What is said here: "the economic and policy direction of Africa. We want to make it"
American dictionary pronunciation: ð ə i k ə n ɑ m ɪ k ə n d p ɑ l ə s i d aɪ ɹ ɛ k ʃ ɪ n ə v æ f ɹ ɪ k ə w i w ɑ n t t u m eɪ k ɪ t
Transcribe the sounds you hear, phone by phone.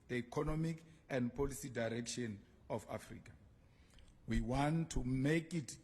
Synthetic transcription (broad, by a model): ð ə i k ə n ɑ m ɪ k ə n d p ɑ l ə s i d aɪ ɹ ɛ k ʃ ɪ n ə f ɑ f ɹ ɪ k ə w i w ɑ n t t u m eɪ k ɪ t